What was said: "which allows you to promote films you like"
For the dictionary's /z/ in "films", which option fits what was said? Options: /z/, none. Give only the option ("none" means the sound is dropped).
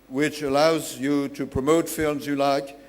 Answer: /z/